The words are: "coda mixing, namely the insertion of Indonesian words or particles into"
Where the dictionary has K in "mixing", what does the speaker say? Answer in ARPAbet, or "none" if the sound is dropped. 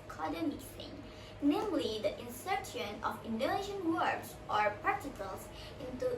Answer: none